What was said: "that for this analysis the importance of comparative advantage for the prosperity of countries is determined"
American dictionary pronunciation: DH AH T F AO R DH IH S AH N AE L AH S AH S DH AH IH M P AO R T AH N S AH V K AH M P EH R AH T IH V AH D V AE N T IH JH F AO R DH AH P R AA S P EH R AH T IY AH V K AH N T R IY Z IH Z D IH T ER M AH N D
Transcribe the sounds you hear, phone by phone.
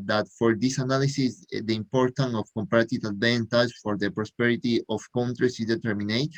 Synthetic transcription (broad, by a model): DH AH T F AO R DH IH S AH N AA L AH S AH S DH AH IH M P AO R T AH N AH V K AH M P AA R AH T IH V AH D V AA N T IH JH F AO R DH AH P R AA S P EH R AH T IY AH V K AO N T R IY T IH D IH T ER M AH N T